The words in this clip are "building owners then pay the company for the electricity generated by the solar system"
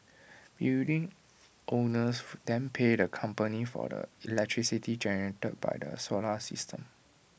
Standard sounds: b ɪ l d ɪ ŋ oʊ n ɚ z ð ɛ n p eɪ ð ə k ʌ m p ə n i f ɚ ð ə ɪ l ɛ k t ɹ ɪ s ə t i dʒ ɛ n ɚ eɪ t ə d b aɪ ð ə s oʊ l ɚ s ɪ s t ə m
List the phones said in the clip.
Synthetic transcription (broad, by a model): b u d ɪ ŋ oʊ n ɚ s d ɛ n p eɪ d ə k ʌ m p ə n i f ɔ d ə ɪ l ɛ k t ɹ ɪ s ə t i dʒ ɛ n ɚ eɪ t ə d b aɪ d ə s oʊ l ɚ s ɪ s t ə m